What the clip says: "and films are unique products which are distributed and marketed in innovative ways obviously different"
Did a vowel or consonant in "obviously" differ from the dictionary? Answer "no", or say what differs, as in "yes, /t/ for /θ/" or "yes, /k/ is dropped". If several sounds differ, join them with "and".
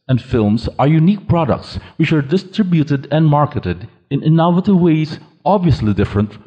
no